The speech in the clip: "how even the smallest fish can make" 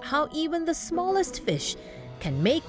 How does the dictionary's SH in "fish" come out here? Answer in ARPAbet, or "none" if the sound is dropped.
SH